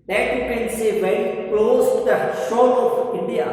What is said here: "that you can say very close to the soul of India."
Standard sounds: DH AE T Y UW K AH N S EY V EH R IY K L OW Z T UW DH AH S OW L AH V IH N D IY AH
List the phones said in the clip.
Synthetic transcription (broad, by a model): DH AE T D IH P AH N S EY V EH IY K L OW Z T UW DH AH SH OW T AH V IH N D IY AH